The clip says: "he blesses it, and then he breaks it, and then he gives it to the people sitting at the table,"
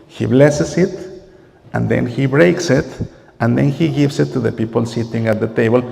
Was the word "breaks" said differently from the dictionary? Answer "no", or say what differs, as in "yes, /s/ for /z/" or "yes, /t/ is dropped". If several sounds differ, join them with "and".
no